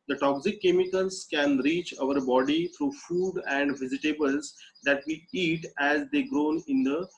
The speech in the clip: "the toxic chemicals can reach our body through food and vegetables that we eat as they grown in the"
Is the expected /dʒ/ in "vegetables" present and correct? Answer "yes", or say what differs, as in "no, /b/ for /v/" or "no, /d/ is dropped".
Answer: no, /z/ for /dʒ/